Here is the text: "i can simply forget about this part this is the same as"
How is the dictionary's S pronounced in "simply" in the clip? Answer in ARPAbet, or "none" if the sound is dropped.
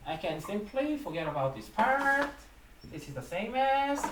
S